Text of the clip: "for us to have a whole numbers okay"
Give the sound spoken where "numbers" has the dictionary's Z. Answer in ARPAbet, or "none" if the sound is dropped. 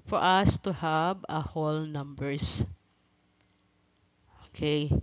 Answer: S